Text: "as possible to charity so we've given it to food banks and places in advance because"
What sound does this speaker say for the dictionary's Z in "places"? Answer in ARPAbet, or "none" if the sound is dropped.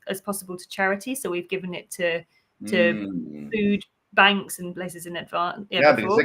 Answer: Z